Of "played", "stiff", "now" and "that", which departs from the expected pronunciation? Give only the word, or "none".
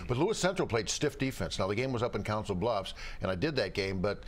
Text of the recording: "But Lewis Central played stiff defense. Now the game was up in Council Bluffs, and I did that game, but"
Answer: none